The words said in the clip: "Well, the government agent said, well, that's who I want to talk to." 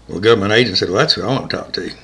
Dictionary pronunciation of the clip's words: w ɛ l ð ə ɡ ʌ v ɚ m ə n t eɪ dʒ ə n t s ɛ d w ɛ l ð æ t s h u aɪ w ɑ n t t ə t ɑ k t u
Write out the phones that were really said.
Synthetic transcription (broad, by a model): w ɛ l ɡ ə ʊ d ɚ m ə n eɪ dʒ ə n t s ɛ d w ɛ l ð æ t s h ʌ aɪ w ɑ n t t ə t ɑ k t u